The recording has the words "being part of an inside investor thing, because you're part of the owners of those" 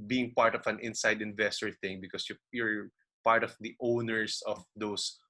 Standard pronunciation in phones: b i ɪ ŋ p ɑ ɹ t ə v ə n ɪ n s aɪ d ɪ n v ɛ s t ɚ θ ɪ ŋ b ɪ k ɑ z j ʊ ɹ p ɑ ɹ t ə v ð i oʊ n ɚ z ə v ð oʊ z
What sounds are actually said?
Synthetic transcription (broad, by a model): b i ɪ ŋ p ɑ ɹ t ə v ə n ɪ n s aɪ d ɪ n v ɛ s t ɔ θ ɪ ŋ b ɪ k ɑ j j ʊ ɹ p ɑ ɹ t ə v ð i oʊ n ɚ s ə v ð oʊ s